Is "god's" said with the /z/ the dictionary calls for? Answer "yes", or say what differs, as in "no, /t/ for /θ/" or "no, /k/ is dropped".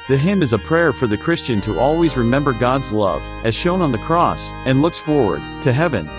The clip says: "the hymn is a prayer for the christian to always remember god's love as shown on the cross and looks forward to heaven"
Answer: yes